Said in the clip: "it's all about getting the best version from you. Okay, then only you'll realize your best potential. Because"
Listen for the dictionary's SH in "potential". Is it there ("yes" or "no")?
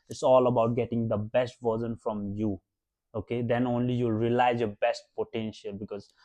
yes